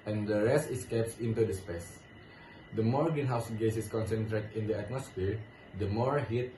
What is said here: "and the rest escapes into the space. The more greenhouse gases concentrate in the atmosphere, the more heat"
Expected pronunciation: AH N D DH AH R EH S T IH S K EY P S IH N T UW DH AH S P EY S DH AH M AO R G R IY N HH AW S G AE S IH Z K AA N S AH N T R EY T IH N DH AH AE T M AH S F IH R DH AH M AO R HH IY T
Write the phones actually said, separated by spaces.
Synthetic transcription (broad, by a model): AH N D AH R EH S T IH S K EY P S IH N T UW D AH S P EY S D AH M AO R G IY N HH AW S G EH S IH S K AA N S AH N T R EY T IH N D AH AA T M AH S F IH R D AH M AO R HH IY T